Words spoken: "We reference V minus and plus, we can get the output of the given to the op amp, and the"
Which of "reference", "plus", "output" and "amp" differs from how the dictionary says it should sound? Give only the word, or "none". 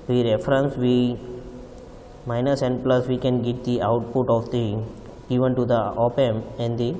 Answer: amp